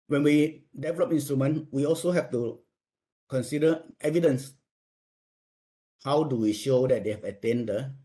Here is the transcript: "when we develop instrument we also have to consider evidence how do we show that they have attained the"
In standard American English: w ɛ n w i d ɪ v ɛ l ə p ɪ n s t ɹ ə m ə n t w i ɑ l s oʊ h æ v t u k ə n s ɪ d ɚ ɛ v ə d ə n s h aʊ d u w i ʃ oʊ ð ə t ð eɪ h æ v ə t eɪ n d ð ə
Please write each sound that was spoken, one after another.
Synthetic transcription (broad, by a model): w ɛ n w i d ɪ v ɛ l ə p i n s t ɹ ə m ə n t w i ɑ l s oʊ h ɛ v t u k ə n s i d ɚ ɛ v ə d ə n s h aʊ d u w i ʃ oʊ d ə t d eɪ h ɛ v ə t eɪ n d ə